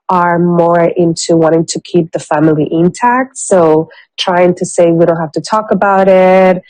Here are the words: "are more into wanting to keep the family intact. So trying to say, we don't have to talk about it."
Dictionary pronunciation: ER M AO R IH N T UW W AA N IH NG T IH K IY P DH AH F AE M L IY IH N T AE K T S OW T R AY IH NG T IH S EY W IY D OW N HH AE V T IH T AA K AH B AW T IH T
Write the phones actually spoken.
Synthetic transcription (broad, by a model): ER M AO R IH N T UW W AA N IH NG T IH K IY P DH AH F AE M L IY IH N T AE K T S OW T R AY IH NG T IH S EY W IY D OW N HH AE F T IH T AA K AH B AW T IH T